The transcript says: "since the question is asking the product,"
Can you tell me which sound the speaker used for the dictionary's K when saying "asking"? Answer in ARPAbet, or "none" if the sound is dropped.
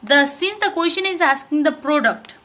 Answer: K